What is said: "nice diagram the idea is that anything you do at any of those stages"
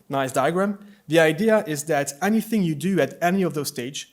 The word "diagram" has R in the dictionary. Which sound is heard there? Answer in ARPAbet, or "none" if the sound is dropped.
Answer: R